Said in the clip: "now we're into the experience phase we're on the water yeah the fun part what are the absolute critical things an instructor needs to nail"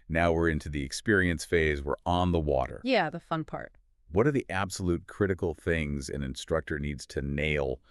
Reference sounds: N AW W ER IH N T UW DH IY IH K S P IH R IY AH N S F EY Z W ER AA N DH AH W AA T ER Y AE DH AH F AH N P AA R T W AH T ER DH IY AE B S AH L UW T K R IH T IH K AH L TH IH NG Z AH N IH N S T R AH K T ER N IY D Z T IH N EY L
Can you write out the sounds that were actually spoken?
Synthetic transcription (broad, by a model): N AW W ER IH N T UW DH IY IH K S P IH R IY AH N S F EY Z W ER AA N DH AH W AA T ER Y AE DH AH F AH N P AA R T W AH T ER DH IY AE B S AH L UW T K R IH T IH K L TH IH NG Z AH N IH N S T R AH K T ER N IY D Z T IH N EY L